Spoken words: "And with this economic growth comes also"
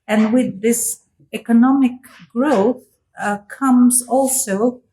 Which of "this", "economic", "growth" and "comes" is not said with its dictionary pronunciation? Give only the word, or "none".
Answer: none